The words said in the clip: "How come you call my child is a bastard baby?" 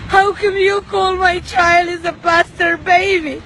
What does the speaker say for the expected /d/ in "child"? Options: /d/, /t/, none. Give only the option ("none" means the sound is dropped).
none